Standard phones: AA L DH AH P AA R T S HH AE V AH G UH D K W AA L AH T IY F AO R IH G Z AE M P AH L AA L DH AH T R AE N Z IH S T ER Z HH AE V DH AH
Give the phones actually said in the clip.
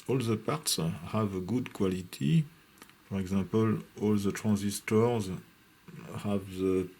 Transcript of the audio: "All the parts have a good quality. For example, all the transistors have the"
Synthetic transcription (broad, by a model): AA L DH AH P AA R T S HH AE V AH G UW D K W AA L AH T IY F AO R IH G Z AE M P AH L AA L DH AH T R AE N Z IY S T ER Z HH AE V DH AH